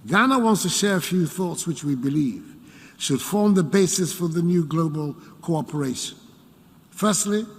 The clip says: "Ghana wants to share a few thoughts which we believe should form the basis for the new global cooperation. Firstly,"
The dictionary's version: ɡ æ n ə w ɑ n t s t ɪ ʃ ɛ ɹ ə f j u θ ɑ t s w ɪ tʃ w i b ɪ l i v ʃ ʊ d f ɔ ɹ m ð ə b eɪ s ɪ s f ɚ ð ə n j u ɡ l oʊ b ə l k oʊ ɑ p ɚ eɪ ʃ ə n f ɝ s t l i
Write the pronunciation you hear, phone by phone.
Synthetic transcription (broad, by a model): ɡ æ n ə w ɑ n t s t ɪ ʃ ɛ ɹ ə f j u θ ɑ t s w ɪ tʃ w i b ɪ l i v ʃ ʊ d f ɔ ɹ m ð ə b eɪ s ɪ s f ɚ ð ə n j u ɡ l oʊ b ə l k oʊ ɑ p ɚ eɪ ʃ ə n f ɝ s t l i